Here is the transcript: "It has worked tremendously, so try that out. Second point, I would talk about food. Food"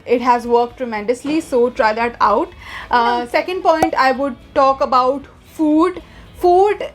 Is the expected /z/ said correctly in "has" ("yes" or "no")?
yes